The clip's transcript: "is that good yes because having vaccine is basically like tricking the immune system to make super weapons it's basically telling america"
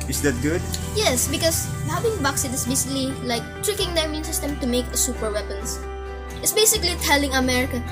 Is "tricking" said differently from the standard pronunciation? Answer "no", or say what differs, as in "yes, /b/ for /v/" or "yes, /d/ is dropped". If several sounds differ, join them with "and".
no